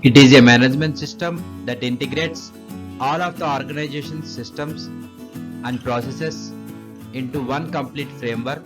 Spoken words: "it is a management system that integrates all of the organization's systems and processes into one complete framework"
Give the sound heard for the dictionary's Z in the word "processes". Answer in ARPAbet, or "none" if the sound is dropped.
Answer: S